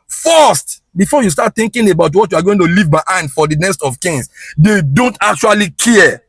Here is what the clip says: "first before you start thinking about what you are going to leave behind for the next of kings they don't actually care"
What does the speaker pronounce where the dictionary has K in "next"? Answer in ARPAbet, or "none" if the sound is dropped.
none